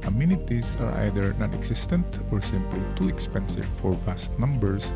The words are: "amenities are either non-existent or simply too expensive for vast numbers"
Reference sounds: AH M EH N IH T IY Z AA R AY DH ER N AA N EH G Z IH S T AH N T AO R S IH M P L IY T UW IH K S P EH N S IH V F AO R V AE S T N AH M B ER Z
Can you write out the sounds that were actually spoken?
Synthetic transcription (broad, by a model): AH M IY N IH T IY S AA R AY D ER N AA N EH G S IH S T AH N T AO R S IH M P L IY T UW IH K S P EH N S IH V F AO R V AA S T N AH M B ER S